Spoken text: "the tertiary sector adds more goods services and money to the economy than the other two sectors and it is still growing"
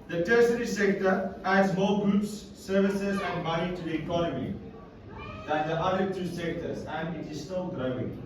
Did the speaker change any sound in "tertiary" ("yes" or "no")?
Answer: yes